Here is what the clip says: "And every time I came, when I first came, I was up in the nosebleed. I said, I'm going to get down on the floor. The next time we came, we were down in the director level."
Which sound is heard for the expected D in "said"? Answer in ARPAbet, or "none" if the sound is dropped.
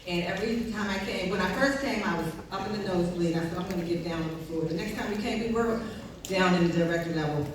none